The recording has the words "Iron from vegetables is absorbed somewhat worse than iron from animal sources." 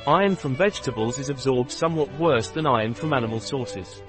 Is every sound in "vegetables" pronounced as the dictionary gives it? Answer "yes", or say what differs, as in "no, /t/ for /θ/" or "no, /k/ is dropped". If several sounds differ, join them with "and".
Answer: yes